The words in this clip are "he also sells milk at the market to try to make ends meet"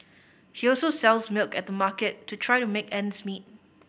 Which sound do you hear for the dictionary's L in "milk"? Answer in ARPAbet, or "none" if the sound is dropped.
L